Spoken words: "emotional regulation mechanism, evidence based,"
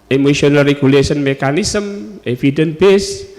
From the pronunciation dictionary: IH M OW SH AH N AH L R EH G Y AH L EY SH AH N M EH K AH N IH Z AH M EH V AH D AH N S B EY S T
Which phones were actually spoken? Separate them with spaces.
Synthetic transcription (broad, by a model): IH M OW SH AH N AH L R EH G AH L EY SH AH N M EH K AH N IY S AH M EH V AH D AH N B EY S